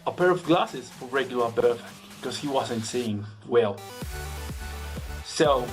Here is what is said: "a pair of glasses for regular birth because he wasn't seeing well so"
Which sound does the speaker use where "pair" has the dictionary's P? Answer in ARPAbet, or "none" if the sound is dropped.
P